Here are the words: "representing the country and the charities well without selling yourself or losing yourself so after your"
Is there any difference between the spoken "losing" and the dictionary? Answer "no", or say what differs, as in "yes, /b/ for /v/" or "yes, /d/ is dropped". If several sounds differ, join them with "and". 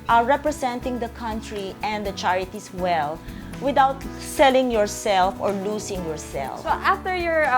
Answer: yes, /s/ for /z/